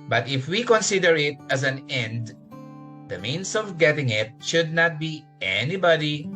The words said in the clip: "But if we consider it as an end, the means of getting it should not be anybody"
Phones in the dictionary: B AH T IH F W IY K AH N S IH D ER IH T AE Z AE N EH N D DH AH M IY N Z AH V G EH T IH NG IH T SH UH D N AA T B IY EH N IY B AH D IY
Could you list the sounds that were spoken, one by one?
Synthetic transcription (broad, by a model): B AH T IH F W IY K AH N S IH D ER IH T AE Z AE N EH N D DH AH M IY N S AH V G EH T IH NG IH T SH UH D N AA T B IY EH N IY B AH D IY